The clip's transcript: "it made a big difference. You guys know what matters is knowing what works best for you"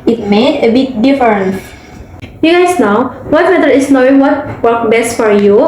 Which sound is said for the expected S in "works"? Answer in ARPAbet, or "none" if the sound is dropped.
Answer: none